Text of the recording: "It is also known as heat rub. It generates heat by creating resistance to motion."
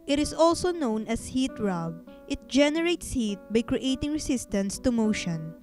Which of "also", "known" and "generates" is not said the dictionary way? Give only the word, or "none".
none